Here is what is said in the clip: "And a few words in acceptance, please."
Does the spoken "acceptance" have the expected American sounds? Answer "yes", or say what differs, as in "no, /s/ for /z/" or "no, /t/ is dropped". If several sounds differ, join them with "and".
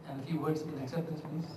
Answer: no, /n/ is dropped